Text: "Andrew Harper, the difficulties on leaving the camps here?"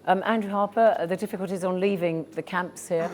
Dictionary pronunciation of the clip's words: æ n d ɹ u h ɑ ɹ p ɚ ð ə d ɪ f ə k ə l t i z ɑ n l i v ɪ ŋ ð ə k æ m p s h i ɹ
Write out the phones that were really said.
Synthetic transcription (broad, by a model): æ n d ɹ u h ɑ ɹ p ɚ ð ə d ɪ f ə k ə l t i z n l i v ɪ ŋ ð ə k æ m p s h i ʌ